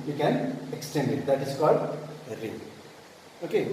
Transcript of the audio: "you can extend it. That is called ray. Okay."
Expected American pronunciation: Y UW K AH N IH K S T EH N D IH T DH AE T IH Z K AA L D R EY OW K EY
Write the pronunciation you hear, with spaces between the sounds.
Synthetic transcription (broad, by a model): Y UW K AH N IH K S T EH N D IH T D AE T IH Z K AA L D R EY OW K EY